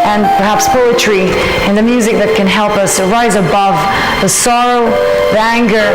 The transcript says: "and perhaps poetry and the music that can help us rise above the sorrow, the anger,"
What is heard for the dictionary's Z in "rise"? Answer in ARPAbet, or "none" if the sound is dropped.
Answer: Z